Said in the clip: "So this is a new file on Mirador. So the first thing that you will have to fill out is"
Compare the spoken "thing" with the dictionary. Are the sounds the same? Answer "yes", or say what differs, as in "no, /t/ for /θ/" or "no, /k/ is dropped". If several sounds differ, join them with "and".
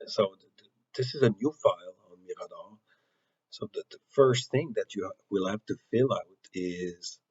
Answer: yes